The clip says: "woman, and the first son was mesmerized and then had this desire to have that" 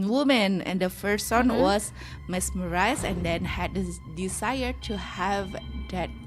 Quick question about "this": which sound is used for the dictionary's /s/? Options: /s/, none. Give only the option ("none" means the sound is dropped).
none